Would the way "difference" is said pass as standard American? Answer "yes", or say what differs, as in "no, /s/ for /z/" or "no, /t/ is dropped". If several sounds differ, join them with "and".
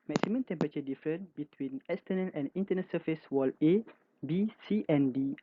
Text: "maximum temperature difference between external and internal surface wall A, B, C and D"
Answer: no, /s/ is dropped